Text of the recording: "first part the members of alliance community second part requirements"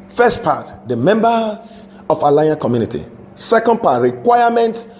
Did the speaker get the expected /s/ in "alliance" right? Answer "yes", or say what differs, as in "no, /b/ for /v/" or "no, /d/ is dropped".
no, /s/ is dropped